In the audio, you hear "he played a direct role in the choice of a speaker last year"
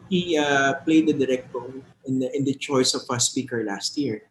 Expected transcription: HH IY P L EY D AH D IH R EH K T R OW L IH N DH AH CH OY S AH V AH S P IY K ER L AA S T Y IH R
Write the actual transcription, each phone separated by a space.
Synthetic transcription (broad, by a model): HH IY P L EY D AH D IH R EH K T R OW N IH N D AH CH OY S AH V AH S P IY K ER L AA S T Y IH R